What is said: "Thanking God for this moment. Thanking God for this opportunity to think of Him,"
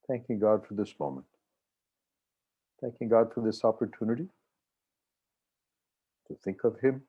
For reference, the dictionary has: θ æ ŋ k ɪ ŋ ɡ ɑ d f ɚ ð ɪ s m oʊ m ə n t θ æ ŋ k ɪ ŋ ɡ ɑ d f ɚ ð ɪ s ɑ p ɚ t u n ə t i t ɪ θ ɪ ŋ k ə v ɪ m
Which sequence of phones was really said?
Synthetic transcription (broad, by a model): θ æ ŋ k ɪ ŋ ɡ ɑ d f ɚ ð ɪ s m oʊ m ə n t θ æ ŋ k ɪ ŋ ɡ ɑ d f ɚ ð ɪ s ɑ p ɚ t u n ə t i t ɪ θ ɪ ŋ k ə v ɪ m